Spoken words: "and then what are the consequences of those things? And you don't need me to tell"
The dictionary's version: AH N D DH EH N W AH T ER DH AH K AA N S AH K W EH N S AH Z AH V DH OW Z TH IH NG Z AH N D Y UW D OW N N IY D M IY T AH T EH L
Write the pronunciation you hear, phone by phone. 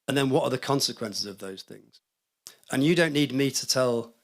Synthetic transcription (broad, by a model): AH N DH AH N W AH T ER DH AH K AA N S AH K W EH N S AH Z AH V DH OW Z TH IH NG Z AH N Y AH D OW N N IY D M IY T AH T EH L